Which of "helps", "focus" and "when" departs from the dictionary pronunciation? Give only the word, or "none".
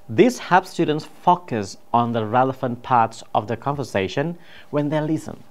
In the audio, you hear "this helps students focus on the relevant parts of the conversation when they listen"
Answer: helps